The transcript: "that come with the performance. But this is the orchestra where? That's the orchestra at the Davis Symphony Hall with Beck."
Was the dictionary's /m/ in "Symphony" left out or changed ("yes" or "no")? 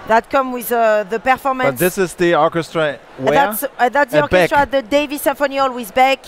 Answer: yes